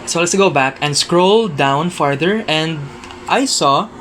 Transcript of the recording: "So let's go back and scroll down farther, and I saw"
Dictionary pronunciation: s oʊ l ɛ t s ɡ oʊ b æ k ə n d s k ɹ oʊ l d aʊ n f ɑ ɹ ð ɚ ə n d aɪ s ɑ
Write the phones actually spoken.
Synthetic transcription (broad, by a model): s oʊ l ɛ t s ɡ oʊ b æ k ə n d s k ɹ oʊ l d aʊ n f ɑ ɹ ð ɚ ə n d aɪ s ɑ